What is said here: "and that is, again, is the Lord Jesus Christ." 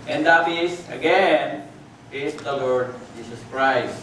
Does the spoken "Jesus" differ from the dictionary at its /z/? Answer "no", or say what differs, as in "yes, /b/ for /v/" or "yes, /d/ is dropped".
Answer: yes, /s/ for /z/